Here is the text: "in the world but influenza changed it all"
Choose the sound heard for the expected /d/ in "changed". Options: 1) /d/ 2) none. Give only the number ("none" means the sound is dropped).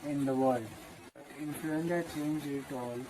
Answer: 2